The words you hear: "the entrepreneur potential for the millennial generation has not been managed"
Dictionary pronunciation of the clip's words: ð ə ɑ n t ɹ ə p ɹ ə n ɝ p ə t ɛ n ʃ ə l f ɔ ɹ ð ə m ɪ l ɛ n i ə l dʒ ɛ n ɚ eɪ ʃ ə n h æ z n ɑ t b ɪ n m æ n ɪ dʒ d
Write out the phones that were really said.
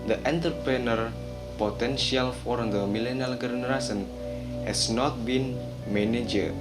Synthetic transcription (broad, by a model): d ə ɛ n t ɹ p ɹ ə n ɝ p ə t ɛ n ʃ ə l f ɔ ɹ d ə m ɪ l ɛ n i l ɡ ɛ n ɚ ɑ s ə n h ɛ s n ɑ t b ɪ n m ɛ n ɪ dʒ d